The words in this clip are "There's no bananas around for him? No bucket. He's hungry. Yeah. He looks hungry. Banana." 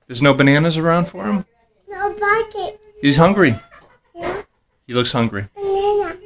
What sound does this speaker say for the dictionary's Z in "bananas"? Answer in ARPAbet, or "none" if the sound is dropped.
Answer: Z